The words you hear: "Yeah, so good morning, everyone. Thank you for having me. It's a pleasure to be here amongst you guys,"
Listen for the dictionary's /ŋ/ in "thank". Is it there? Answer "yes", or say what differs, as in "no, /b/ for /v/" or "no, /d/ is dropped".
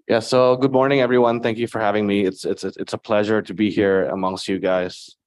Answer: yes